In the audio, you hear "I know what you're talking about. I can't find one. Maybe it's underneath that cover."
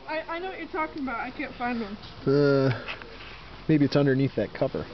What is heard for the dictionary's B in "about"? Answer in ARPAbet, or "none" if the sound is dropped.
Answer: B